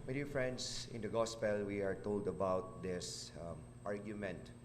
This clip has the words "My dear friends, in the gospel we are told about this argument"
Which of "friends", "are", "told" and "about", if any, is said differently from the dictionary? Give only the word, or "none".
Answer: friends